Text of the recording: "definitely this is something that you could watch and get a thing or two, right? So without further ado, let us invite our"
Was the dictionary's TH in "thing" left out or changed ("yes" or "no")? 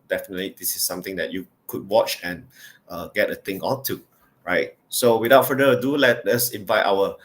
yes